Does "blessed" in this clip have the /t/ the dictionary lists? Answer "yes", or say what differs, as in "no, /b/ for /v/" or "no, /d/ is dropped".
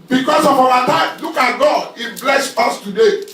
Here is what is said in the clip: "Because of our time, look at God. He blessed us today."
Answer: no, /t/ is dropped